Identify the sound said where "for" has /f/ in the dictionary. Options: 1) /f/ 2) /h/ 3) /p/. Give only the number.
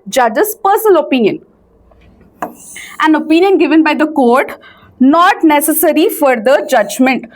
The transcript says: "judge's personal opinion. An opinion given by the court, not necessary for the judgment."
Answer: 1